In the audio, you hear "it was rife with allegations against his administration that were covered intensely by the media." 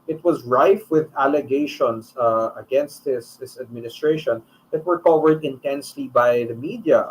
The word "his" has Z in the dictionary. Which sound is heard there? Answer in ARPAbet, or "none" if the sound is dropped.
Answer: S